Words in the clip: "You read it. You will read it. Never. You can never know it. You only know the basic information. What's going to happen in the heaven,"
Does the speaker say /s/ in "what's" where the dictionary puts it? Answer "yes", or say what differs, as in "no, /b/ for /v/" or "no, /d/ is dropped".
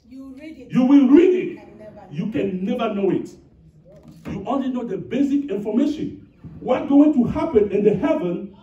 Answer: no, /s/ is dropped